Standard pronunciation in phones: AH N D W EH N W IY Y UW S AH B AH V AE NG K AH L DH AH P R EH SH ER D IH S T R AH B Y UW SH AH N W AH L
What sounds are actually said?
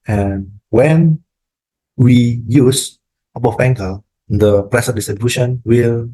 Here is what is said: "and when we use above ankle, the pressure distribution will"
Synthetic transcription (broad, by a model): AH N W EH N W IY Y UW S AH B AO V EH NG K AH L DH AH P R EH S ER D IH S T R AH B Y UW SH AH N W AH L